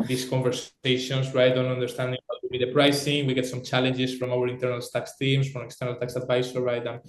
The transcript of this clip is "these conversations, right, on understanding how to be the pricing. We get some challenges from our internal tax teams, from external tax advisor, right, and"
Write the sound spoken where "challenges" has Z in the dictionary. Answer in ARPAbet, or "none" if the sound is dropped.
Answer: S